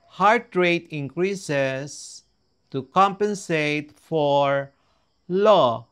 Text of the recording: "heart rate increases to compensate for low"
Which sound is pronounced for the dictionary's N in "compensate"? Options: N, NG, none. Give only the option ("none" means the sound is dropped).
N